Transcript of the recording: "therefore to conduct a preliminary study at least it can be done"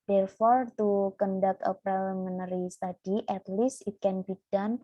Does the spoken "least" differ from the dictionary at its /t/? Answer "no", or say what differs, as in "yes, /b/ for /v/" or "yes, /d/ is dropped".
yes, /t/ is dropped